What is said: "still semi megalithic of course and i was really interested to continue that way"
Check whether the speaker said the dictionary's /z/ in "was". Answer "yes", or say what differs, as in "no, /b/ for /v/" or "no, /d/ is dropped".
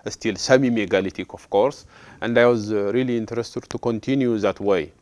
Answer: yes